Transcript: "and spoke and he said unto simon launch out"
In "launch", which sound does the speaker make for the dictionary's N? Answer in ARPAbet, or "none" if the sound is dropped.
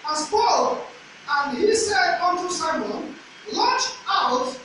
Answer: none